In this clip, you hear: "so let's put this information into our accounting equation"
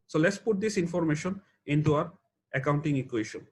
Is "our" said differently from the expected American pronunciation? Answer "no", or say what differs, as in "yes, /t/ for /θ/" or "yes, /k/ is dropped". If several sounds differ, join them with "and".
no